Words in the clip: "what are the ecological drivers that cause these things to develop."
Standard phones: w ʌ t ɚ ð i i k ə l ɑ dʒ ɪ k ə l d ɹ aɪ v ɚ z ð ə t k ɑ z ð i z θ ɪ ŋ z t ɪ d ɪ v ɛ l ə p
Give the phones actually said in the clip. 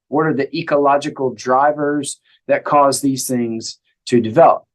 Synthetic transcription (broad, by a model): w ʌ t ɚ ð i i k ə l ɑ dʒ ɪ k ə l d ɹ aɪ v ɚ z ð ə t k ɑ z ð i z θ ɪ ŋ z t ɪ d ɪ v ɛ l ə p